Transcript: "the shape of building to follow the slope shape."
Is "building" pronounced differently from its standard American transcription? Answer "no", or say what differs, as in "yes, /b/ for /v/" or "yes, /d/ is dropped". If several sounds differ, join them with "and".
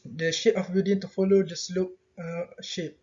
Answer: yes, /l/ is dropped